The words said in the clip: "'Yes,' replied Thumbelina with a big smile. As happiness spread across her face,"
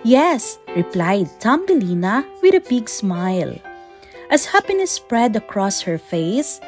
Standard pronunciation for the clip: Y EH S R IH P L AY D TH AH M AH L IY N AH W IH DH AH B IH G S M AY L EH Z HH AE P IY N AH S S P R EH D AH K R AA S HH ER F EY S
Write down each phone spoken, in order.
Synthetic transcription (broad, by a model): Y EH S R IH P L AY D T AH M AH L IY N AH W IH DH AH B IH G S M AY L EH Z HH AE P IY N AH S S P R EH D AH K R AA S HH ER F EY S